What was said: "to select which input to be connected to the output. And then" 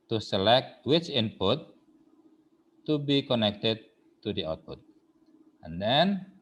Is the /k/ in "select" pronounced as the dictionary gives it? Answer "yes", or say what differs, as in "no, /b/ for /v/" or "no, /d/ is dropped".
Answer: yes